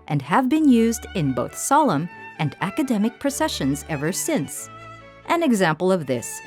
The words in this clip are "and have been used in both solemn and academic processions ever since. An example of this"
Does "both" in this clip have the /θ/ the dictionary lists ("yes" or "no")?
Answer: yes